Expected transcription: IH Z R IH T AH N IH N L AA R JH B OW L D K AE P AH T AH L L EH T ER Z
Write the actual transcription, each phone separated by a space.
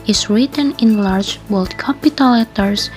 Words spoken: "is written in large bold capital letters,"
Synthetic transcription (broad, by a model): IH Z R IH T AH N IH N L AA R JH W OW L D K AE P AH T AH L L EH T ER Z